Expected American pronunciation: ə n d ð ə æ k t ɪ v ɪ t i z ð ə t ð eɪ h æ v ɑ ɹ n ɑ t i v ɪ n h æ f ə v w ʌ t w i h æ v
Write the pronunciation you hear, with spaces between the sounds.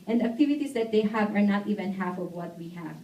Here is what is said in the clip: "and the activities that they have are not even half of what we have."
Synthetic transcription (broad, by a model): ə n d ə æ k t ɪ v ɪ t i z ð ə t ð eɪ h æ v ɑ ɹ n ɑ t i v ɪ n h æ f ə v w ʌ t w i h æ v